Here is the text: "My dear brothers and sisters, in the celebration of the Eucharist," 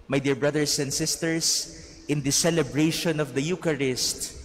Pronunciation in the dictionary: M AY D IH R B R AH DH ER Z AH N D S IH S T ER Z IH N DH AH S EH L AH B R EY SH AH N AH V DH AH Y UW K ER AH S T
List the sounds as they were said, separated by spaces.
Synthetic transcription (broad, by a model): M AY D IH R B R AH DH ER S AH N D S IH S T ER S IH N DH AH S EH L AH B R EY SH AH N AH V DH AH Y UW K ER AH S T